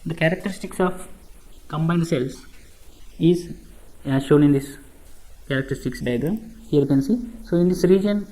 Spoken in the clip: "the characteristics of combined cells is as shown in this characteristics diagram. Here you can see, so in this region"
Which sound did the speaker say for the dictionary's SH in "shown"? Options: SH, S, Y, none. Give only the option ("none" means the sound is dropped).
SH